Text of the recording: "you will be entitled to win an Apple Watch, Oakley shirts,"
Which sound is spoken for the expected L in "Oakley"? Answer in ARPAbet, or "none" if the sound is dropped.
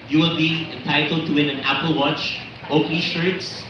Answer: none